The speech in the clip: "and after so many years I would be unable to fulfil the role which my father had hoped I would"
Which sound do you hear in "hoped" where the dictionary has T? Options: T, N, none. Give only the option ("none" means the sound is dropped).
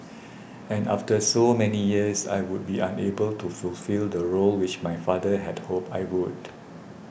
none